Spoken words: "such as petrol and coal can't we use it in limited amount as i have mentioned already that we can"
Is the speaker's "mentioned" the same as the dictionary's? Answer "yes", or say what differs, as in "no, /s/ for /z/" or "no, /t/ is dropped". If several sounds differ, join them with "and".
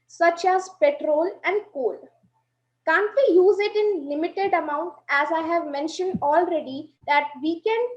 yes